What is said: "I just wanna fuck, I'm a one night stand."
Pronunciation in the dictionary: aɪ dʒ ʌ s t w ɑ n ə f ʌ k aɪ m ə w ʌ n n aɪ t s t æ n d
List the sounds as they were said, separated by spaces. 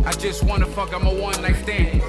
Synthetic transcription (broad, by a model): aɪ dʒ ʌ s t w ɑ n ə f ʌ k aɪ m ə w ʌ n l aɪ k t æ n